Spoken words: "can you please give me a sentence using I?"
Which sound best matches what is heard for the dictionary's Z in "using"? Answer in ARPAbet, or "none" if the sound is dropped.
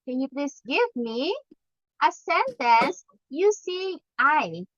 S